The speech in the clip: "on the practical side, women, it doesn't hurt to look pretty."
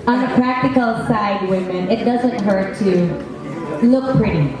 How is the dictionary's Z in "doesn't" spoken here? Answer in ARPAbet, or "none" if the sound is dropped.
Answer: Z